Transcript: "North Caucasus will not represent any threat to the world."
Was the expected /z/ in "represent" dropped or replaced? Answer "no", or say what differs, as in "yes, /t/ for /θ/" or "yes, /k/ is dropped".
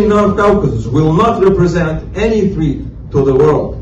no